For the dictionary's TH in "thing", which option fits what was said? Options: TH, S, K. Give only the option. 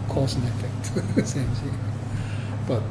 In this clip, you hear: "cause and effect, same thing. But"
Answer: S